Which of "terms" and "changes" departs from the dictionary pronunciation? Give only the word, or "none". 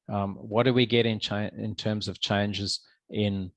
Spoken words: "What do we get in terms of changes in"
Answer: none